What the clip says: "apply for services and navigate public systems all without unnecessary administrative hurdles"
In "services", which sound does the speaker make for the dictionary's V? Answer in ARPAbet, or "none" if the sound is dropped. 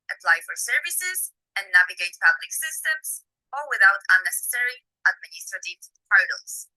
V